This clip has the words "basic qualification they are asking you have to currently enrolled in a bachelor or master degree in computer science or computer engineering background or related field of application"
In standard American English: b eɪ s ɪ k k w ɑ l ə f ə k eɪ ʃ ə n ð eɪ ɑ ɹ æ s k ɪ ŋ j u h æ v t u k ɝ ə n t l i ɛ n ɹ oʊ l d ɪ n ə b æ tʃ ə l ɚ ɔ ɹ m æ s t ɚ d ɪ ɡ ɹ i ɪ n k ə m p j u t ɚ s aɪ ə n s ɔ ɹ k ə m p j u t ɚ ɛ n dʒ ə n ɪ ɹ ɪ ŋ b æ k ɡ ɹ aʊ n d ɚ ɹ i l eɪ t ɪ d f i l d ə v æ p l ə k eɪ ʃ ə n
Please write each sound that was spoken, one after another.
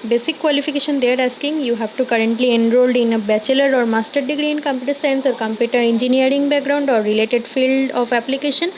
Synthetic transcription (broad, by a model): b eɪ s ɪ k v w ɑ l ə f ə k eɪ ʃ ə n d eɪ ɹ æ s k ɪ ŋ j u h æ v t u k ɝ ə n t l i ɛ n ɹ oʊ l d ɪ n ə b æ tʃ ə l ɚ ɔ ɹ m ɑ s t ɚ d ɪ ɡ ɹ i ɪ n k ə m p j u t ɚ s aɪ ə n s ɔ ɹ k ə m p j u t ɚ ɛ n dʒ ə n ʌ ɹ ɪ ŋ b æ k ɡ ɹ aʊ n d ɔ ɹ i l eɪ t ɪ d f i l d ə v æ p l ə k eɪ ʃ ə n